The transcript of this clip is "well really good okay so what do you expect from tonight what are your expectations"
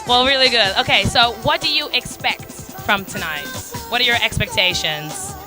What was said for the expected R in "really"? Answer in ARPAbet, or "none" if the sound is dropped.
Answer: R